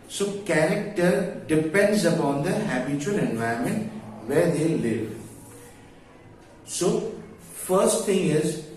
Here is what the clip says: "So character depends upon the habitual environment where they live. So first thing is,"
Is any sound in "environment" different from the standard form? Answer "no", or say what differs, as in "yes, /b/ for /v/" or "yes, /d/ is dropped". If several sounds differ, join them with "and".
yes, /ɹ/ is dropped